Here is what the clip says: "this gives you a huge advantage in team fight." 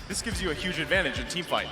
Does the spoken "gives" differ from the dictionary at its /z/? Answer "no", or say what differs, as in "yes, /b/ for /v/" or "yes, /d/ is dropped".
no